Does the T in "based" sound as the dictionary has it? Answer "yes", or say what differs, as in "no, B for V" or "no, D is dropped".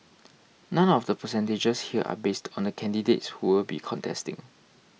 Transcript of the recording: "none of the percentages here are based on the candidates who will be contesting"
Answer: yes